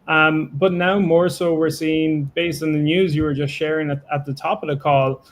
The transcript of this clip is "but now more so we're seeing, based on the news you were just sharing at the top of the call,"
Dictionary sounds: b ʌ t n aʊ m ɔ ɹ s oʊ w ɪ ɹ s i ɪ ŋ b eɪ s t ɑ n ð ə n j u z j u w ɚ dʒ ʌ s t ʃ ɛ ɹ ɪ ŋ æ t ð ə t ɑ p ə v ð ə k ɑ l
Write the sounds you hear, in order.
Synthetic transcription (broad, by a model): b ʌ t n aʊ m ɔ ɹ s oʊ w ɪ ɹ s i ɪ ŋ b eɪ s t n ð ə n j u z j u w ɚ dʒ ʌ s t ʃ ɛ ɹ ɪ ŋ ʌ t ð ə t ɑ p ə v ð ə k ɑ l